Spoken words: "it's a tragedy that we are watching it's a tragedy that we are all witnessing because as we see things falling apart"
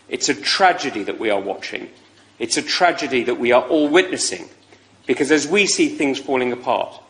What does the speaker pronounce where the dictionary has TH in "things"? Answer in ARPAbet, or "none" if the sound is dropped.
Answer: TH